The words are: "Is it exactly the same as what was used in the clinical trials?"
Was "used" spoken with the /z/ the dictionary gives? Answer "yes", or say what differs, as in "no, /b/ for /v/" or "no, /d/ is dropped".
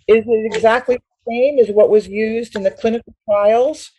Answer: yes